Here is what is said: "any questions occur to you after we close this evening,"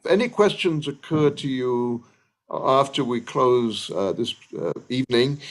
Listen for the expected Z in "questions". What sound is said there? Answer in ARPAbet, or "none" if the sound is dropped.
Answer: Z